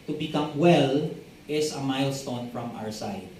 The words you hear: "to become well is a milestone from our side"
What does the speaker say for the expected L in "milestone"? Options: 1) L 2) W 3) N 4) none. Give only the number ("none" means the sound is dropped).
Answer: 1